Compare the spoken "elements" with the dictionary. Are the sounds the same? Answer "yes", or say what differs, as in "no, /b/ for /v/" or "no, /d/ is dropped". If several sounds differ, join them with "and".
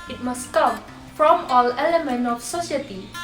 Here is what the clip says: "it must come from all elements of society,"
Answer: no, /s/ is dropped